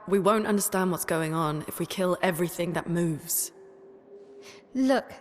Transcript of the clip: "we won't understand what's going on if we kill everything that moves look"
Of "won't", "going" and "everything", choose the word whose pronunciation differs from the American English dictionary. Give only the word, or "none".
none